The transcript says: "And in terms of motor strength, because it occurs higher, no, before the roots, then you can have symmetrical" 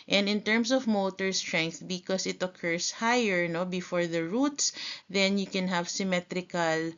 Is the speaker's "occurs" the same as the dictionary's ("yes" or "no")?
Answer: no